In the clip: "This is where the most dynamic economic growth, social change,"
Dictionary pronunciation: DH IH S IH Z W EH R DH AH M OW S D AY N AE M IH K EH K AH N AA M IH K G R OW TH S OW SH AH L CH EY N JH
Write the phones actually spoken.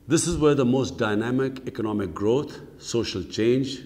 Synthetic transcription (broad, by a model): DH IH S IH Z W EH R DH AH M OW S D AY N AE M IH K EH K AH N AA M IH K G R OW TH S OW SH AH L CH EY N JH